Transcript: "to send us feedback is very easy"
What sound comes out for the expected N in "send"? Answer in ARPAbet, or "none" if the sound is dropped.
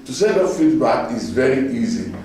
none